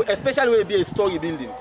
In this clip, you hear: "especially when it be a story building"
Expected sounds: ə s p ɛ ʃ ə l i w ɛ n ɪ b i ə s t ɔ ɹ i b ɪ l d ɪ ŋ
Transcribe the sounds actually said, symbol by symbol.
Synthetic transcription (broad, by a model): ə s p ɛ ʃ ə l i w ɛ ɪ b i ə s t ɔ ɹ i b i l d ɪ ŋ